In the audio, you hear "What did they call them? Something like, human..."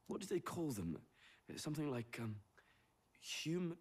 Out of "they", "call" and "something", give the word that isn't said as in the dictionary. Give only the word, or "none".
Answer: none